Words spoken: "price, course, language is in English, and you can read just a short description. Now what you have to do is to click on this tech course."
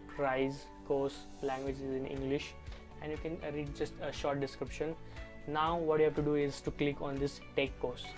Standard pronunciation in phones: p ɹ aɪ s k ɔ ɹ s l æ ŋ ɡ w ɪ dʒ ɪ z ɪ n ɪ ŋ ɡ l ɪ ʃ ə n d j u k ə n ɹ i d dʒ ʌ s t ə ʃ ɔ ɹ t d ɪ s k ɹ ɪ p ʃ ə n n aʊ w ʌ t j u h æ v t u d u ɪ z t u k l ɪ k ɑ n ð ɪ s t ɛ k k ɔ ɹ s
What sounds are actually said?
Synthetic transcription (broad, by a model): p ɹ aɪ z k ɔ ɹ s l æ ŋ ɡ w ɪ dʒ ɪ z ɪ n ɪ ŋ ɡ l ɪ ʃ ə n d j u k ə n ɹ i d dʒ ʌ s t ə ʃ ɔ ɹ t d ɪ s k ɹ ɪ p ʃ ə n n aʊ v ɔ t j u h æ v t u d u ɪ z t u k l ɪ k ɑ n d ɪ s t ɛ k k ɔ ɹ s